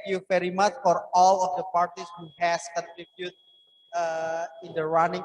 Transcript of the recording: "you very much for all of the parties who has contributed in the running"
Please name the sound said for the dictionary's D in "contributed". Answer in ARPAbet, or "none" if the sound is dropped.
none